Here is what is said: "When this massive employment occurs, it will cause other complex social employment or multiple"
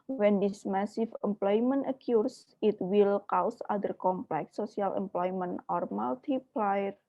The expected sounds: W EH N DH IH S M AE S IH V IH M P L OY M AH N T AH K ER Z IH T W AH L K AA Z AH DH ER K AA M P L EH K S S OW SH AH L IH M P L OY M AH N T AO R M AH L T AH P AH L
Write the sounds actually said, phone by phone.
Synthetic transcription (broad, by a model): W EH N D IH S M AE S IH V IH M P L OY M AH N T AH K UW S IH T W AH L K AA S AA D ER K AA M P L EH K S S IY AH L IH M P L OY M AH N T AO R M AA L T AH P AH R